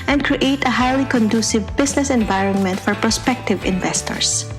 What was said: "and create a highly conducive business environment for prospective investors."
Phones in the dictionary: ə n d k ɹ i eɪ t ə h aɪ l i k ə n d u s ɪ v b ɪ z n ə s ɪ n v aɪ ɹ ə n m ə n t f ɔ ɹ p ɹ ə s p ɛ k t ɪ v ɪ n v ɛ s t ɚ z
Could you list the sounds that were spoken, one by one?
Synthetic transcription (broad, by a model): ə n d k ɹ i eɪ t ə h aɪ l i k ə n d u s ɪ v b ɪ s n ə s ɪ n v aɪ ɹ ə n m ə n t f ɔ ɹ p ɹ ə s p ɛ k t ɪ v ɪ n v ɛ s t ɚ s